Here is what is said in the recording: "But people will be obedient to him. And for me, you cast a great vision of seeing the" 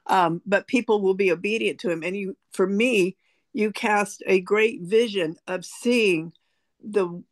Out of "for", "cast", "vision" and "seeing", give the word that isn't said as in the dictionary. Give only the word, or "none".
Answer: none